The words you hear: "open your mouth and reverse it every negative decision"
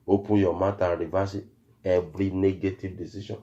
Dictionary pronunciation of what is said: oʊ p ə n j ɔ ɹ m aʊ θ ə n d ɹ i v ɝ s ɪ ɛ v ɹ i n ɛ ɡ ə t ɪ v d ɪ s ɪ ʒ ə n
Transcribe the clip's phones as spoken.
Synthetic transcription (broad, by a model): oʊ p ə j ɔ m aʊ t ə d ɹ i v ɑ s ɪ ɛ b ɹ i n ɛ ɡ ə t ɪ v d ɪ s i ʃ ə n